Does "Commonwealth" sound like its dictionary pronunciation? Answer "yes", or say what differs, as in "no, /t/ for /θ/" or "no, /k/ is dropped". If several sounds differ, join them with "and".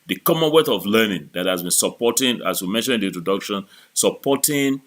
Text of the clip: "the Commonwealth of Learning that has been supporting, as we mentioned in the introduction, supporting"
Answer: no, /l/ is dropped